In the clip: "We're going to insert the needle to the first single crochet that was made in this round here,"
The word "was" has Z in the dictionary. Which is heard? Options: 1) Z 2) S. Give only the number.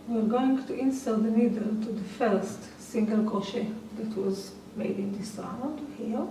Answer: 1